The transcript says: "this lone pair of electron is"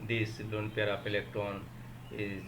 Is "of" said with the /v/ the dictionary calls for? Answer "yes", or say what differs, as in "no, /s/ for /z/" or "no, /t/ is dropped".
no, /p/ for /v/